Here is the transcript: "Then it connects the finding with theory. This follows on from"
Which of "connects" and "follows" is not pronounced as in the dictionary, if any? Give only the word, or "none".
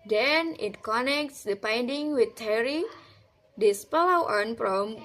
follows